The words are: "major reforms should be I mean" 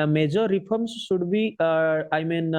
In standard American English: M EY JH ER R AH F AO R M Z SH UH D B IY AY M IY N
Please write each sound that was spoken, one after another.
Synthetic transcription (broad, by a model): M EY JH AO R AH P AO R M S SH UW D B IY AY M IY N